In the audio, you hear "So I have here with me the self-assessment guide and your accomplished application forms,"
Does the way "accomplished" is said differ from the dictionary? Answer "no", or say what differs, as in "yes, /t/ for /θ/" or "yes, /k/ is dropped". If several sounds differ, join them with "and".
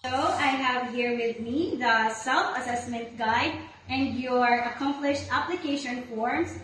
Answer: no